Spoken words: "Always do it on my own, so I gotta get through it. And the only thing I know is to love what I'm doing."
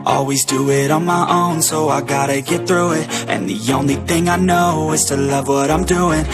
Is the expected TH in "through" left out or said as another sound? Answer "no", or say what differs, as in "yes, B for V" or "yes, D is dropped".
no